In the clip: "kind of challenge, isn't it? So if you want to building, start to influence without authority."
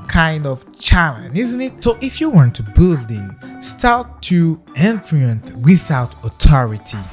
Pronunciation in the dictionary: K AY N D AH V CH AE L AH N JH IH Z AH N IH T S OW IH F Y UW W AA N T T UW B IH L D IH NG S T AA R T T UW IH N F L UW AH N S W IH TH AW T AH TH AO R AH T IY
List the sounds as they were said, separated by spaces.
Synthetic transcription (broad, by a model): K AY N D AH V CH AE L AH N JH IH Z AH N IH T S OW IH F Y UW W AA N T T UW B IH L D IH NG S T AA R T T UW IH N F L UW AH N TH W IH TH AW T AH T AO R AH T IY